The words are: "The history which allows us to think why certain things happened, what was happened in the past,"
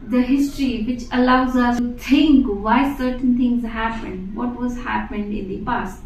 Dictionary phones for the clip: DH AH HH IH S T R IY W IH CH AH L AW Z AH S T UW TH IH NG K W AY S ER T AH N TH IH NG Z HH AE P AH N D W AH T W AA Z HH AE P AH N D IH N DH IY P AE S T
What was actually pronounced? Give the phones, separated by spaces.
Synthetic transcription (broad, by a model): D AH HH IH S T R IY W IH CH AH L AW Z AH S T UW T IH NG K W AY S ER T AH N T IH NG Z HH AE P AH N D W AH T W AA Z HH AE P AH N D IH N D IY P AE S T